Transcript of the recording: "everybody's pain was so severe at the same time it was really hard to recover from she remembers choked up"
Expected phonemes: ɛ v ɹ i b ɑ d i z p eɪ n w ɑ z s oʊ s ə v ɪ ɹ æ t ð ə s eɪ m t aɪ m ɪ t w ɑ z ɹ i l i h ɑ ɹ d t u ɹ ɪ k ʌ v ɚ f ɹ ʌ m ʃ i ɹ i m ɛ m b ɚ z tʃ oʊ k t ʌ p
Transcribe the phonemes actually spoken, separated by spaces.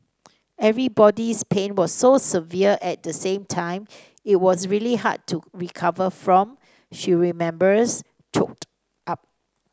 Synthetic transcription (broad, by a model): ɛ v ɹ i b ɑ d i s p eɪ n w ɑ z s oʊ s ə v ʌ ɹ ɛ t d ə s eɪ m t aɪ m ɪ t w ɑ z ɹ i l i h ɑ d t u ɹ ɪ k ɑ v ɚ f ɹ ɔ m ʃ i ɹ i m ɛ m b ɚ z tʃ oʊ k t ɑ p